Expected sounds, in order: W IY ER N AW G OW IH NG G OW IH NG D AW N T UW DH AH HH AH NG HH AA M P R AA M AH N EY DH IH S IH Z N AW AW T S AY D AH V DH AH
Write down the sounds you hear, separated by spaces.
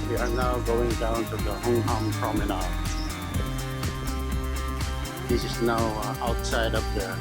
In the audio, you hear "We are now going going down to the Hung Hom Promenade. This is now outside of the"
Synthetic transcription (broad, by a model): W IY ER N AW G OW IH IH NG D AW N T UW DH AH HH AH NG HH AA M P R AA M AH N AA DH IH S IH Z N AW AW T S AY D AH P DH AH